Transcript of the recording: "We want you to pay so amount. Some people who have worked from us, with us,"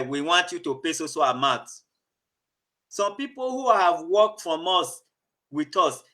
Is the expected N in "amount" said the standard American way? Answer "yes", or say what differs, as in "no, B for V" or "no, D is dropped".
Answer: no, N is dropped